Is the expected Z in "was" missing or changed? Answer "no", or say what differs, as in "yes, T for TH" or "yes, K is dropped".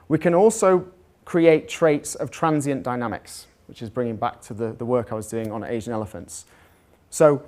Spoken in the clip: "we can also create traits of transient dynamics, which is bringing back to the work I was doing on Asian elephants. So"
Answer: no